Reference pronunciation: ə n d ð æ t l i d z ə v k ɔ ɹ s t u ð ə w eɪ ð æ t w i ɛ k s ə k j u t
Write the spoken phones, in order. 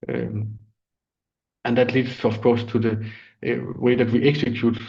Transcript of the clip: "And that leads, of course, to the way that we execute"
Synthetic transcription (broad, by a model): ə n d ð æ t l i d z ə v k ɔ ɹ s t u ð ə w eɪ ð æ t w i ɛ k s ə k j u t